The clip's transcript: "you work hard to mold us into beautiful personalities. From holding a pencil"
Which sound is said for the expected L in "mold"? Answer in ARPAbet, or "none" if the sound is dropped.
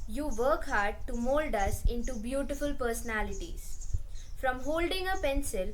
L